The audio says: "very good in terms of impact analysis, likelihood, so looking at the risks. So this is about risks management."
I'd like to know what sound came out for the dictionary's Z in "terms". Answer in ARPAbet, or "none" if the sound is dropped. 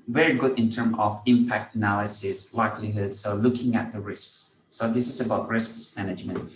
none